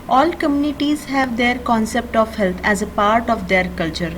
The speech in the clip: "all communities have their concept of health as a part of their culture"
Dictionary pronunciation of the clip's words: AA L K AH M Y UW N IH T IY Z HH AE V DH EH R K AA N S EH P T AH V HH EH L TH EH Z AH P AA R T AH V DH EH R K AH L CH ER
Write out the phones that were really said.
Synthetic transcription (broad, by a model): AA L K AH M Y UW N IH T IY Z HH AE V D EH R K AA N S EH P T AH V HH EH L T EH Z AH P AA R T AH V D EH R K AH L CH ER